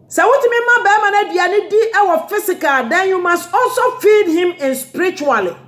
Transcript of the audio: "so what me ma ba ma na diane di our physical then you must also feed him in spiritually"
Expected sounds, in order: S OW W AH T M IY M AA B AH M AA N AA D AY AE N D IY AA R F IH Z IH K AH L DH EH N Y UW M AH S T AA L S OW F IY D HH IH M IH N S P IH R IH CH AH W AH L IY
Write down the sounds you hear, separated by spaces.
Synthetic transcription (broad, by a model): S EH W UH T M IY M AA B AH M AA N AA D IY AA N D IY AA W F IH S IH K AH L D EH N Y UW M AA S T AA L S OW F IY D HH IH M IH N S P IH R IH CH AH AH L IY